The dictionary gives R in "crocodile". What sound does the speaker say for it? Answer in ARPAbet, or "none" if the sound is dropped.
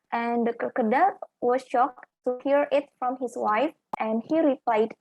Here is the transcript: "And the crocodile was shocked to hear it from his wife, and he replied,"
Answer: none